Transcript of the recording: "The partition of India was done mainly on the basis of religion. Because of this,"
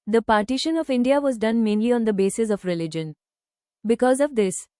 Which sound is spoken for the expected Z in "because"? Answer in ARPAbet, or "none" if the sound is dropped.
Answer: Z